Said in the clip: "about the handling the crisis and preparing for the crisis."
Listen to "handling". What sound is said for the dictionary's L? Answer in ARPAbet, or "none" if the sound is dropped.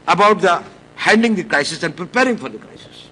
none